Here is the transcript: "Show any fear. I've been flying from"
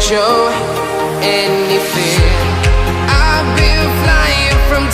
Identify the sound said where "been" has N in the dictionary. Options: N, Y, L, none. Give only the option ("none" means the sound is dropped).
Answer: L